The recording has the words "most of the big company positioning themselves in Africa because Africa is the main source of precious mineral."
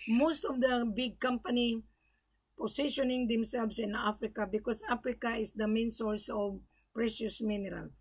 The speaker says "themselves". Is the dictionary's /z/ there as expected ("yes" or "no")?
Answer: no